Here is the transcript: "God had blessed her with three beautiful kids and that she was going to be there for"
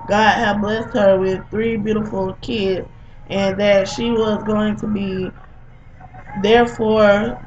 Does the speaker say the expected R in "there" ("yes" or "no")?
yes